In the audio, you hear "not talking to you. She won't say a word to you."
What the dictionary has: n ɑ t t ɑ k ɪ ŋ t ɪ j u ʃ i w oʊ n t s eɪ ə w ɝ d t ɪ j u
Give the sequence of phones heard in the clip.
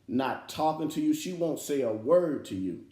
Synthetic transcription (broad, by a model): n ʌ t t ɑ k ɪ ŋ t ɪ j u ʃ i w oʊ n t s eɪ ə w ɝ d t ɪ j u